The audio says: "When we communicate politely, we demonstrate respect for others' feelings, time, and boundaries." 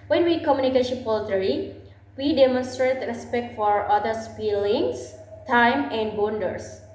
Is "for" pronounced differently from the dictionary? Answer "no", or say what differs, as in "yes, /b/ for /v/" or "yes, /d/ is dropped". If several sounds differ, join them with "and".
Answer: no